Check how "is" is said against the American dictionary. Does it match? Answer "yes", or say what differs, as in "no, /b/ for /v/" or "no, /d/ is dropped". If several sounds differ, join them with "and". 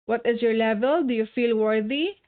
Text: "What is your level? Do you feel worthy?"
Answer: yes